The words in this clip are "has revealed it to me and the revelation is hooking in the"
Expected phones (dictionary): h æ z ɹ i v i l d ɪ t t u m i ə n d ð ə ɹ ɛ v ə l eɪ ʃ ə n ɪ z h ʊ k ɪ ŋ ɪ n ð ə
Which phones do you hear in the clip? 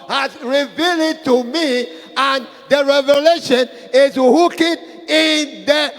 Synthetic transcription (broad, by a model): h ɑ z ɹ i v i l ɪ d t u m i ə n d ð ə ɹ ɛ v ə l eɪ ʃ ə n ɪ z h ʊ k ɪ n ɪ n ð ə